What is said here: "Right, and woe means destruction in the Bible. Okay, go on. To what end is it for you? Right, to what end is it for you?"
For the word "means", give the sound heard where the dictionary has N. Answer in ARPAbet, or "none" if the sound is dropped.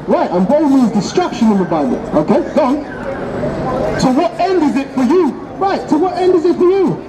none